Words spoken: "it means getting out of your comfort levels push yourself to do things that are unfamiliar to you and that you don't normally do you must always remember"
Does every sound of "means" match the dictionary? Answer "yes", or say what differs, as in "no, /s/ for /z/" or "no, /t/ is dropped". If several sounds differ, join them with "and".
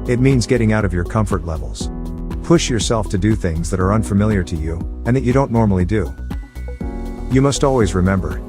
yes